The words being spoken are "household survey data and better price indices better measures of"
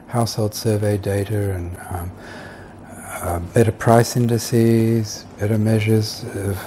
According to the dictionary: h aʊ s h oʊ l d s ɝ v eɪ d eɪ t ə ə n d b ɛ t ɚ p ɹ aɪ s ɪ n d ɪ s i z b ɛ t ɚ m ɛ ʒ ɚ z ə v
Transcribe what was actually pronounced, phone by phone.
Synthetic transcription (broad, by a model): h aʊ s h oʊ l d s ɝ v eɪ d eɪ t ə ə n b ɛ t ɚ p ɹ aɪ s ɪ n d ɪ s i z b ɛ t ɚ m ɛ ʒ ɚ z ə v